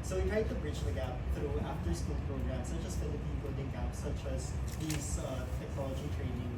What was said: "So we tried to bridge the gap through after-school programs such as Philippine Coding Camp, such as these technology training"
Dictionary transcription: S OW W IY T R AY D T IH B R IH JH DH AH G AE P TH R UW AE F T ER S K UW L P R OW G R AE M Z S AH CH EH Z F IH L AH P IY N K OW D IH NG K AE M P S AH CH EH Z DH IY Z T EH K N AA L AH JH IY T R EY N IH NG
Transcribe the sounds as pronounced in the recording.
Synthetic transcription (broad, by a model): S OW W IY T R AY D T IH B R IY CH DH AH G AE P TH R UW AE F T ER S K UW L P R OW G R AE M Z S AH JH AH S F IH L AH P IY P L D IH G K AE P S AH CH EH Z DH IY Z T EH K N AA L AH JH IY T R EY N IH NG